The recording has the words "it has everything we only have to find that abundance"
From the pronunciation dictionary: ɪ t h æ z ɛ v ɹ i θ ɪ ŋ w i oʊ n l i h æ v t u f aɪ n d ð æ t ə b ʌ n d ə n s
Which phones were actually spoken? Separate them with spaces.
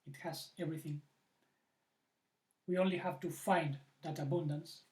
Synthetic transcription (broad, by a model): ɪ t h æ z ɛ v ɹ i θ ɪ ŋ w i oʊ n l i h æ v t u f aɪ n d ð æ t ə b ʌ n d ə n s